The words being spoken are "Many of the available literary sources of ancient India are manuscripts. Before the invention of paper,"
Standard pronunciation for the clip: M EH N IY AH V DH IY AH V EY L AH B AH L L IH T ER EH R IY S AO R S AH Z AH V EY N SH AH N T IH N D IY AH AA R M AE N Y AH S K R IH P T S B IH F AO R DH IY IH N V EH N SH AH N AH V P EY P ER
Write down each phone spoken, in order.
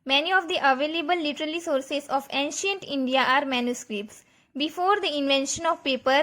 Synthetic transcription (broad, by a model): M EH N IY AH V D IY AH V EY L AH B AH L L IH T ER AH L IY S AO R S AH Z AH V EY N SH AH N T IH N D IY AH AA R M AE N Y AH S K R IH P T S B IH F AO R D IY IH N V EH N SH AH N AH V P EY P ER